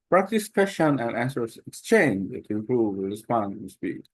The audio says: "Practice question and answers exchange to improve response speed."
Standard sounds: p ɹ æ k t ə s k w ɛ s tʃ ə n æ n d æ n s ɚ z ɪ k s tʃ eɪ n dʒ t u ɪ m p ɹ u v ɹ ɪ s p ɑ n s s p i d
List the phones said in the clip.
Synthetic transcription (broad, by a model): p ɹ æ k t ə s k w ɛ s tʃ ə n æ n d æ n s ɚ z ɪ k s tʃ eɪ n dʒ t u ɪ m p ɹ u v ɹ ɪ s p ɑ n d s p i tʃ